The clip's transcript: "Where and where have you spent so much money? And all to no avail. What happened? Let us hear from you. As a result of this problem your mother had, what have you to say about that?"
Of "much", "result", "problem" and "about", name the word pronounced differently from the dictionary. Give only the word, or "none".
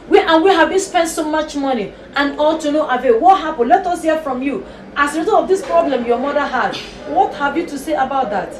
result